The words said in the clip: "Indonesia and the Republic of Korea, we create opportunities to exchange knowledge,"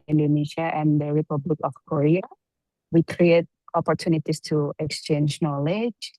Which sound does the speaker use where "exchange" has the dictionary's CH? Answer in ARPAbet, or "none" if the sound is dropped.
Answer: CH